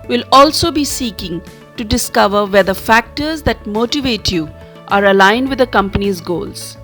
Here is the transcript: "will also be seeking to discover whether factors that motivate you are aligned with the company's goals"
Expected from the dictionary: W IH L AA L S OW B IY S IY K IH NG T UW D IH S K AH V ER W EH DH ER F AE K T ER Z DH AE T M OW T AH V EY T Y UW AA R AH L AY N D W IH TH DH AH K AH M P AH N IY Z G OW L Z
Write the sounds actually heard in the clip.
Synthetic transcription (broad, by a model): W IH L AA L S OW B IY S IY K IH NG T UW D IH S K AH V ER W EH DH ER F AE K T ER Z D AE T M OW T AH V EY T Y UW AA R AH L AY N D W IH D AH K AH M P AH N IY Z G OW L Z